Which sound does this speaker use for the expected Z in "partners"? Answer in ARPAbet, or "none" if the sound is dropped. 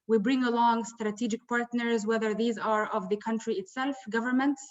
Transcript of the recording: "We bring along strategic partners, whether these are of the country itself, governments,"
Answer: Z